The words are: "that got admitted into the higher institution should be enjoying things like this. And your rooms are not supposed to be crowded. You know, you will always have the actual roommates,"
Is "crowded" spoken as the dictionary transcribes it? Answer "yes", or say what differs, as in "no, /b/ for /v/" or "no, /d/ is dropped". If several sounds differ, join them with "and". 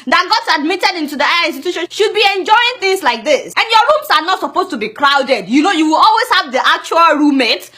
yes